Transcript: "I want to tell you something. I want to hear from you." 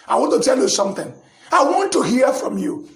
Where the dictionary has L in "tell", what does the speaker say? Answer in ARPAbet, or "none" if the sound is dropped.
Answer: L